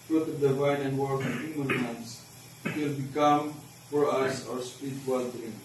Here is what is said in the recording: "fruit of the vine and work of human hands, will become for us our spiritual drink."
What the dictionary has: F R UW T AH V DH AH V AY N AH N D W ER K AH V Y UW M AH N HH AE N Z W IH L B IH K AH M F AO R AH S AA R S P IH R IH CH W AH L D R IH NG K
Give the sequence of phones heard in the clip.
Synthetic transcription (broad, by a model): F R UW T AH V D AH V AY N AH N D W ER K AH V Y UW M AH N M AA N S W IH L B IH K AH M F AO R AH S AA R S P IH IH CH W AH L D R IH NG